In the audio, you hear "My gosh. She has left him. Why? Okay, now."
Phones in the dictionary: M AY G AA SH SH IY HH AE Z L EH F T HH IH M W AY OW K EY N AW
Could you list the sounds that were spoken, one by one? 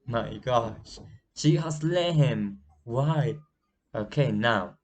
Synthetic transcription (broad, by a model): M AY G AA SH SH IY HH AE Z L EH T HH IH M W AY OW K EY N AW